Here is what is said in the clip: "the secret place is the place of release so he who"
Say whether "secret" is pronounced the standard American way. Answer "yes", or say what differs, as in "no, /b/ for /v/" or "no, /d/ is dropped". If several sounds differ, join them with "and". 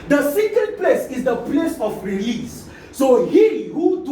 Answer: no, /ɹ/ is dropped